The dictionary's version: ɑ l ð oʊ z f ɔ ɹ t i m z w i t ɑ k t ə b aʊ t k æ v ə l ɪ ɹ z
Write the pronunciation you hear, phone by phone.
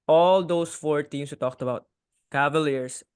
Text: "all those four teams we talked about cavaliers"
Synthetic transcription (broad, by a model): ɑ l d oʊ s f ɔ ɹ t i m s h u t ɑ k t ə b aʊ t k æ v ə l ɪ ɹ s